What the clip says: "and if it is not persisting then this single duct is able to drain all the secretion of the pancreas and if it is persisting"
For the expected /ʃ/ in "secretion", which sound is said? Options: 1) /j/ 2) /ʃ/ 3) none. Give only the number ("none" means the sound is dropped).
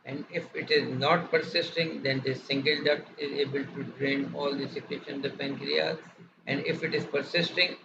3